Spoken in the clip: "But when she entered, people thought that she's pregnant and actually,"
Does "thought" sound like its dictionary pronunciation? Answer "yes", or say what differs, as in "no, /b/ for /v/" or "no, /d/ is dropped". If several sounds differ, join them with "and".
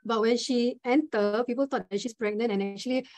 no, /t/ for /θ/